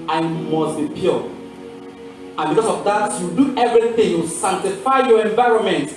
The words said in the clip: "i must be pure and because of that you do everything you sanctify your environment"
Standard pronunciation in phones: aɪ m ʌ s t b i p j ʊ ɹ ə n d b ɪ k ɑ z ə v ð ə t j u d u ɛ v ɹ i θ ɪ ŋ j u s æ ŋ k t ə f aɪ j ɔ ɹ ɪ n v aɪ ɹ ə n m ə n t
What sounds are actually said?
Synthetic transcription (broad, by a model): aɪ m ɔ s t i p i l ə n b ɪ k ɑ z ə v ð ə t j u d u ɛ v ɹ i θ ɪ ŋ j u s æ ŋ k t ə f aɪ j ɔ ɹ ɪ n v aɪ ɹ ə n m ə n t